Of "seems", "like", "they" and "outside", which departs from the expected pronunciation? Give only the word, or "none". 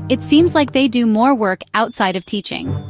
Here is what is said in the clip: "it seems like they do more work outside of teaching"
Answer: none